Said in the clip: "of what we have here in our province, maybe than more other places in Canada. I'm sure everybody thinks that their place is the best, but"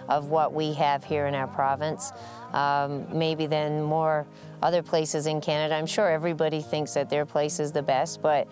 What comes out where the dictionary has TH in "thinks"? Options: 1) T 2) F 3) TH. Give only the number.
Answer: 3